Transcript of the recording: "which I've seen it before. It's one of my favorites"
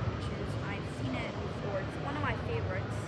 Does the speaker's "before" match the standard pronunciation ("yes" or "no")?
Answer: no